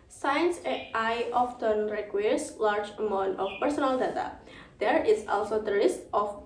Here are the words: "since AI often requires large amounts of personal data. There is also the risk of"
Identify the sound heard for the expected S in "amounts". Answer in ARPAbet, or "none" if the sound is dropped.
none